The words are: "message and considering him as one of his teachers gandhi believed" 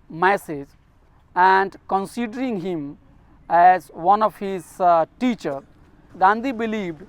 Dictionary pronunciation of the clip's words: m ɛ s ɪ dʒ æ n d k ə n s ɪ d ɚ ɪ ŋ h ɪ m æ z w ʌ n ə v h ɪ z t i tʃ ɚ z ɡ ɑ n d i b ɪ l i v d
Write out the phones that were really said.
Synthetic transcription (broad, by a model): m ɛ s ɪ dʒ æ n d k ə n s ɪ d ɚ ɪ ŋ h ɪ m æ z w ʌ n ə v h ɪ z t i tʃ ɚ ɡ ɑ n d i b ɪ l i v d